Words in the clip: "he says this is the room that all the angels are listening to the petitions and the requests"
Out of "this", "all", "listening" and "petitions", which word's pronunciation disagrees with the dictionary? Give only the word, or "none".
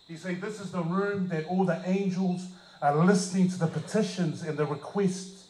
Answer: none